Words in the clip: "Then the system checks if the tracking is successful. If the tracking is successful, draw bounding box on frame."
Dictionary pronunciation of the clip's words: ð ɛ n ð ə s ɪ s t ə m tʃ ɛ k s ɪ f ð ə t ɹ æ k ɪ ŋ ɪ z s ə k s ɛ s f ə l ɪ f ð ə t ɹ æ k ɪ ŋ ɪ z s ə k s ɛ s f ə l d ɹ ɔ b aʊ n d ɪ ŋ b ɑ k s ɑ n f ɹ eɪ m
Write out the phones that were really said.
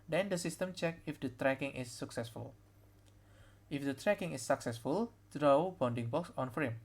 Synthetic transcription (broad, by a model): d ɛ n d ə s ɪ s t ə m tʃ ɛ k ɪ f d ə t ɹ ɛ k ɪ ŋ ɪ s ə k s ɛ s f ə l ɪ f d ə t ɹ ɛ k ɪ ŋ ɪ s ə k s ɛ s f ə l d ɹ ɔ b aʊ n d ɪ ŋ b ɑ k s ɑ n f ɹ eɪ m